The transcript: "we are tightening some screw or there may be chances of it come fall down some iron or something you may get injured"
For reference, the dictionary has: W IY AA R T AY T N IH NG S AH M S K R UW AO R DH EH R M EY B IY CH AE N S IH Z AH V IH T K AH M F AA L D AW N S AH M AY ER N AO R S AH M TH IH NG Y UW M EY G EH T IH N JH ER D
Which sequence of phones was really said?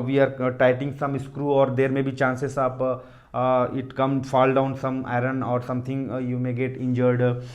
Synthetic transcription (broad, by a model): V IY AA R T AY T IH NG S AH M S K R UW AO R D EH R M EY B IY CH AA N S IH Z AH P IH T K AH M F AA L D AW N S AH M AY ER N AO R S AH M T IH NG Y UW M EY G EH T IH N JH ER D